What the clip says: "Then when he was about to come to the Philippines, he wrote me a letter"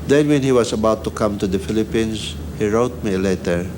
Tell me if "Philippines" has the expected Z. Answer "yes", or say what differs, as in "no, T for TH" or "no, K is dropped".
no, S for Z